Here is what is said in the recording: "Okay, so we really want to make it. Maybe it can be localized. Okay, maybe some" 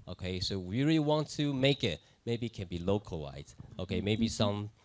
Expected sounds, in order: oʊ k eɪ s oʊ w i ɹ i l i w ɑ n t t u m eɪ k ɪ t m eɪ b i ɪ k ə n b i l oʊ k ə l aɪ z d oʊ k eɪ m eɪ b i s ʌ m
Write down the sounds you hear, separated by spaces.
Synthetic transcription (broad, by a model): oʊ k eɪ s oʊ w i ɹ i l i w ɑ n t t u m eɪ k ɪ t m eɪ b i k ə n b i l oʊ k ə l aɪ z oʊ k eɪ m eɪ b i s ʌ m